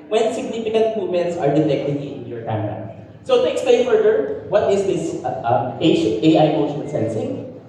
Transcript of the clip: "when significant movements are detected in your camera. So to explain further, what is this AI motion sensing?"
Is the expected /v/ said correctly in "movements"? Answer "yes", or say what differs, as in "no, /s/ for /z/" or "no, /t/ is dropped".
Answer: no, /v/ is dropped